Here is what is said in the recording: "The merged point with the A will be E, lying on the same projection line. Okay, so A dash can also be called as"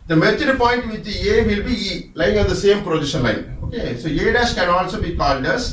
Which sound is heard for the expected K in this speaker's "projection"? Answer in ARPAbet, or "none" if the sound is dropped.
none